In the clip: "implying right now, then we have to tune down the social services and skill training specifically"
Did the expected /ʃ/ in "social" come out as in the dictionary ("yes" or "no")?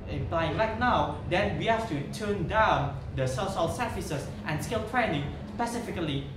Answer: no